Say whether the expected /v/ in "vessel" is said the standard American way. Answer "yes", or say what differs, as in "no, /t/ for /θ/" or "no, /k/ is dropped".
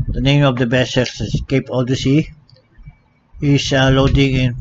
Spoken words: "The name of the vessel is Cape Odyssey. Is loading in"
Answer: no, /b/ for /v/